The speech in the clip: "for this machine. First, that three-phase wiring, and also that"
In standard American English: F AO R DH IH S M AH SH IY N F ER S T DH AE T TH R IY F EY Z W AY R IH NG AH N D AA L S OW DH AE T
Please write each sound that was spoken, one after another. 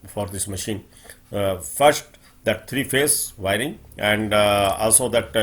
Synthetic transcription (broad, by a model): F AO R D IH S M AH SH IY N F ER S T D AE T T R IY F EY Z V AY R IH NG AH N D AA L S OW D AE T